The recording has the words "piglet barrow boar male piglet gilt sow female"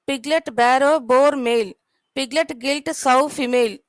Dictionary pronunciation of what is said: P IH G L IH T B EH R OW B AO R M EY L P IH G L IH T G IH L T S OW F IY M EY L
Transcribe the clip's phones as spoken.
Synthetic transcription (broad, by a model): P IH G L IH T B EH R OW B AO R M EY L P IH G L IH T G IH L T S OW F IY M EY L